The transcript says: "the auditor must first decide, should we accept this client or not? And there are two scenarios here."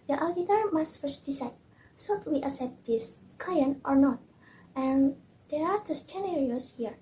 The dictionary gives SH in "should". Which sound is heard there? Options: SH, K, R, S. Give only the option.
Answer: S